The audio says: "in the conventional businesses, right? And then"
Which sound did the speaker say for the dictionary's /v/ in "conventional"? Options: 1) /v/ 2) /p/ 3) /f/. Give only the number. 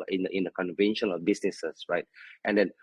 1